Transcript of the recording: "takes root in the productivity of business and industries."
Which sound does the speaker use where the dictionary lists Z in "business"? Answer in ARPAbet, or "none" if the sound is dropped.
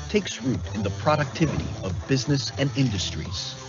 Z